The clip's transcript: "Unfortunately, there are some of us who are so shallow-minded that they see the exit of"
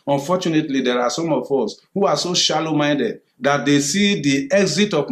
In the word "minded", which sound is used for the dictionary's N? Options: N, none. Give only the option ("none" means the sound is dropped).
N